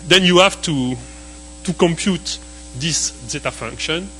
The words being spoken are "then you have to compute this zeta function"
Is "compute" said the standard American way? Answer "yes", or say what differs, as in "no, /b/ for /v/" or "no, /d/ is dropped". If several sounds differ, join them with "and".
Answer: yes